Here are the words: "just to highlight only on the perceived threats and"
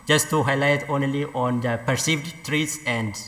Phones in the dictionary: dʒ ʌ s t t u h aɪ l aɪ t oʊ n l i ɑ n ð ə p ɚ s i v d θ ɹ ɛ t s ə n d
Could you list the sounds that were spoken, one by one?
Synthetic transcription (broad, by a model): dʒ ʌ s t t u h aɪ l aɪ t oʊ n l i ɑ n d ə p ɚ s i v d t ɹ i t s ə n d